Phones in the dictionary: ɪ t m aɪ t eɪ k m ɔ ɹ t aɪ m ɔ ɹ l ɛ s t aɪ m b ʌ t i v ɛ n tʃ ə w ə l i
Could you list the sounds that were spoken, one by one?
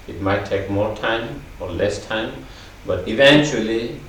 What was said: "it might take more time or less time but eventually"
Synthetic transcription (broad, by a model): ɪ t m aɪ t eɪ k m ɔ ɹ t aɪ m ɔ ɹ l ɛ s t aɪ m b ʌ t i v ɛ n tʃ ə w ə l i